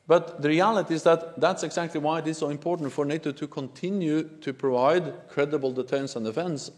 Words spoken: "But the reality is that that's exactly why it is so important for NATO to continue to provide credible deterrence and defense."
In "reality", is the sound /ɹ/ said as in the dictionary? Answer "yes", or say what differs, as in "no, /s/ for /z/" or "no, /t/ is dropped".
yes